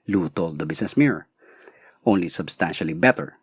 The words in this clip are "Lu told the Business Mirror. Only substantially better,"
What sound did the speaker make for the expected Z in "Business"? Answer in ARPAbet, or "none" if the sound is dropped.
S